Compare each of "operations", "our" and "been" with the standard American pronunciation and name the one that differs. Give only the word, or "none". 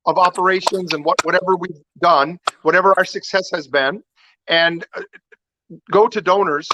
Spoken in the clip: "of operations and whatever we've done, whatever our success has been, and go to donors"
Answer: none